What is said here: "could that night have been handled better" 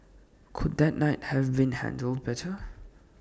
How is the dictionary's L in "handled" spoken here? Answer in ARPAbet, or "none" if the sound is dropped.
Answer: L